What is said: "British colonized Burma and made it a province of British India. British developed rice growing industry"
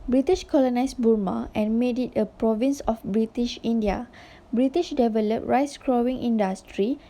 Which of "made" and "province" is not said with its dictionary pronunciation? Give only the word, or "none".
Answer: none